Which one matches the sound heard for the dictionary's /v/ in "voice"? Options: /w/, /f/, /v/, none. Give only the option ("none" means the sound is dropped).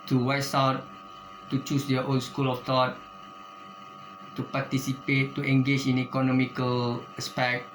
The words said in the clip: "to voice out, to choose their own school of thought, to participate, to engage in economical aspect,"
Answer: /w/